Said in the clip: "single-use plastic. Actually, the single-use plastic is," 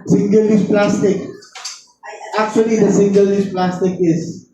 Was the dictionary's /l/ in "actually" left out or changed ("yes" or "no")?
no